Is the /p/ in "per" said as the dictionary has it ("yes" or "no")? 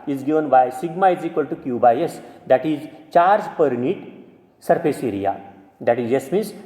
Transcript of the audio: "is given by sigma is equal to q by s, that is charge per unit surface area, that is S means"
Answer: yes